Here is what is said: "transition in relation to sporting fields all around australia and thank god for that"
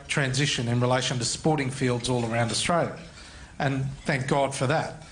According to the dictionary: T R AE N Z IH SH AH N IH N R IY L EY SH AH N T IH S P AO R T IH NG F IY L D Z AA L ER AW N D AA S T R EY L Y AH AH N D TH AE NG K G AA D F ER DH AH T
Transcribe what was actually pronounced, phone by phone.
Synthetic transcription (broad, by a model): T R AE N Z IH SH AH N IH N R IY L EY SH AH N T IH S P AO R T IH NG F IY L D Z AA L ER AW N D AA S T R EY L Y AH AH N TH AE NG K G AA D F ER DH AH T